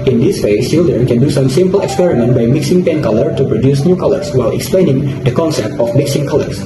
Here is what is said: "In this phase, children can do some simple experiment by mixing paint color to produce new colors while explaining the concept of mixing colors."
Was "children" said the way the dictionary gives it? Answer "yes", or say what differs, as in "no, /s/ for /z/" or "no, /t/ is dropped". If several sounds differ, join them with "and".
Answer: no, /ɹ/ is dropped